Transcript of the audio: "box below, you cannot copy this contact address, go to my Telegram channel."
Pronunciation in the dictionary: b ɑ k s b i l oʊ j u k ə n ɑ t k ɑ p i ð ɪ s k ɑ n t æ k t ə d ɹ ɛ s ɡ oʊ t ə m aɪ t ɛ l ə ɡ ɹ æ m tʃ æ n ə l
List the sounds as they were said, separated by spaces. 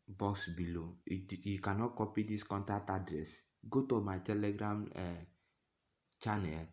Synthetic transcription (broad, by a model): b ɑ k s b i l oʊ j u k ə n ɑ t k ɑ p i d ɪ s k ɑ n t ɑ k t ə d ɹ ɛ s ɡ oʊ t ə m aɪ t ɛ l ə ɡ ɹ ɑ m tʃ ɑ n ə l